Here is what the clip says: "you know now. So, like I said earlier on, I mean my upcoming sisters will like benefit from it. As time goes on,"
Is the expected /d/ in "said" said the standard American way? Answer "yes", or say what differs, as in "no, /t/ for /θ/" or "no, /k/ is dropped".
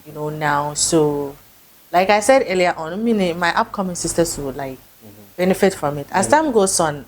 yes